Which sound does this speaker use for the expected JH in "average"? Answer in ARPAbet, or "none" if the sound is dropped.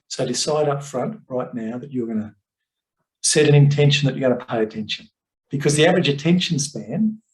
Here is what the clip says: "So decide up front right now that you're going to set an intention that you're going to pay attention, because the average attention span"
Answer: JH